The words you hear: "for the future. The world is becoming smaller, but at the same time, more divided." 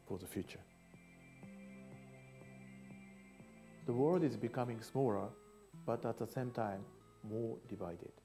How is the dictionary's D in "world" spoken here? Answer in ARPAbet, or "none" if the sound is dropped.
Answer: D